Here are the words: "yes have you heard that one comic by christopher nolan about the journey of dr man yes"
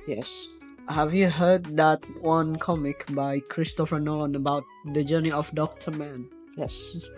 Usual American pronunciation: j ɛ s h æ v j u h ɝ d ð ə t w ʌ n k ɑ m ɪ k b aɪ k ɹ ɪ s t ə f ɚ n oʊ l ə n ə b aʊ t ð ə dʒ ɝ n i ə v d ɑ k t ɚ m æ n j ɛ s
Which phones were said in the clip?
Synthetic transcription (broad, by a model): j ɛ s h æ v j u h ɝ d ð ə t w ʌ n k ɑ m ɪ k b aɪ k ɹ ɪ s t ə f ɚ n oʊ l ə n ə b aʊ t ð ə dʒ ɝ n i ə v d ɑ k t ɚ m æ n j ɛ s